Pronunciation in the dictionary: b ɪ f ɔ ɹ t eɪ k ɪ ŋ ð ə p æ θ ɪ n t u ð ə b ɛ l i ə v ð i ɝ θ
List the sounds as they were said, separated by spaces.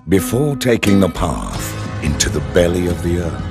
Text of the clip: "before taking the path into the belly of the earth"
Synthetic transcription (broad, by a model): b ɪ f ɔ ɹ t eɪ k ɪ ŋ ð ə p æ θ ɪ n t u ð ə b ɛ l i ə v ð i ɝ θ